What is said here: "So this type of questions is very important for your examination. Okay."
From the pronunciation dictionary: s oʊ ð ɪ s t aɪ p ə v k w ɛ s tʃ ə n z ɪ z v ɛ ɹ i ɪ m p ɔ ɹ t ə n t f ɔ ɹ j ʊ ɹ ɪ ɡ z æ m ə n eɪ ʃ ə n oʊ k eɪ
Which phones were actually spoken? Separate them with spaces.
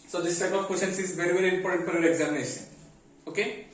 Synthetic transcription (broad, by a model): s oʊ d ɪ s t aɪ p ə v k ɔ tʃ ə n s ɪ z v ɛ ɹ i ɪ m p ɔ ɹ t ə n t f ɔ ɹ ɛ ɹ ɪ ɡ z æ m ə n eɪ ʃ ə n oʊ k eɪ